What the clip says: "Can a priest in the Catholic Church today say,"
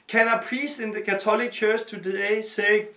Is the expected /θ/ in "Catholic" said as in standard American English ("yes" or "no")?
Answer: no